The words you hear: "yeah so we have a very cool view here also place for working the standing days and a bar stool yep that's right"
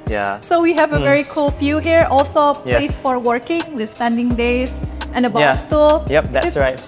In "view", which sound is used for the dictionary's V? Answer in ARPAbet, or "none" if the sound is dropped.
F